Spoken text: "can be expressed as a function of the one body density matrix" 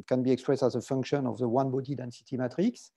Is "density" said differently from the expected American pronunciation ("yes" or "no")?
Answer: no